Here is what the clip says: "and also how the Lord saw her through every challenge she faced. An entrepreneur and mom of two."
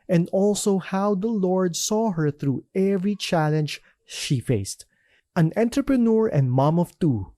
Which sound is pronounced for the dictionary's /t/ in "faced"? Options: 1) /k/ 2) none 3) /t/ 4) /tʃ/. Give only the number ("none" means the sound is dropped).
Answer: 3